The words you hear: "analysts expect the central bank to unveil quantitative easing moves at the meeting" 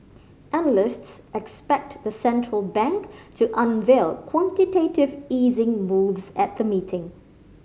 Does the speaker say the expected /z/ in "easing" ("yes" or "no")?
yes